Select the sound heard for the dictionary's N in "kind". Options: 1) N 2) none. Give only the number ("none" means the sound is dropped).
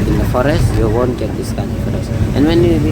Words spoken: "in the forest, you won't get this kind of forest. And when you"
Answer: 1